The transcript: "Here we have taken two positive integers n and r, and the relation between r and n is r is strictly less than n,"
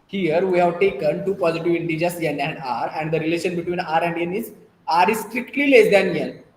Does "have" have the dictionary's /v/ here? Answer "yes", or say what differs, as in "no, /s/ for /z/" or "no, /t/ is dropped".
yes